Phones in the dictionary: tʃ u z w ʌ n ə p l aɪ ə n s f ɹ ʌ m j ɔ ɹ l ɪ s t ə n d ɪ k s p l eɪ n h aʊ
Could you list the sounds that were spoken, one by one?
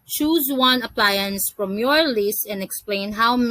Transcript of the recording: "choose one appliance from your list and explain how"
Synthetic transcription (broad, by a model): tʃ u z w ʌ n ə p l aɪ ə n s f ɹ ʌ m j ɔ ɹ l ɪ s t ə n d ɪ k s p l eɪ n h aʊ